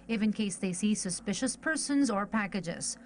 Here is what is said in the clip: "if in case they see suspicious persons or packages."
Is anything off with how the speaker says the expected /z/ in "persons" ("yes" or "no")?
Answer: no